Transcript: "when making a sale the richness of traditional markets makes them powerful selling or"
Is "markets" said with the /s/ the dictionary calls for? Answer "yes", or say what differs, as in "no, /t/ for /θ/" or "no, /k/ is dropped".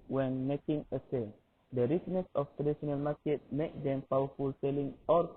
no, /s/ is dropped